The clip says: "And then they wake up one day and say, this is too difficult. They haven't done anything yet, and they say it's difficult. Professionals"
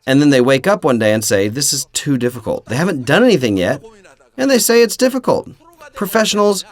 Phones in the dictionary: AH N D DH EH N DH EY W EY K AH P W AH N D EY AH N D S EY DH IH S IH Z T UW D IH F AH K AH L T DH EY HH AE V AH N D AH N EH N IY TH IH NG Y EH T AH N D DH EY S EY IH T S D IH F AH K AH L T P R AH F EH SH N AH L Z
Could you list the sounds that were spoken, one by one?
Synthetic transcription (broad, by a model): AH N DH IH N DH EY W EY K AH P W AH N D EY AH N S EY DH IH S IH Z T UW D IH F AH K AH L T DH EY HH AE V AH N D AH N EH N IY TH IH NG Y EH T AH N DH EY S EY IH T S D IH F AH K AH L T P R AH F EH SH N L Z